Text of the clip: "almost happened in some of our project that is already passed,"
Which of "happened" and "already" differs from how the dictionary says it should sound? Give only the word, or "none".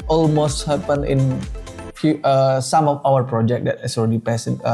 happened